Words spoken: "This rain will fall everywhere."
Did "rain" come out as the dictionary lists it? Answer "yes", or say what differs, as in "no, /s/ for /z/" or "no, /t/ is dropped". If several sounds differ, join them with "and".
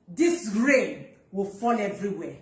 yes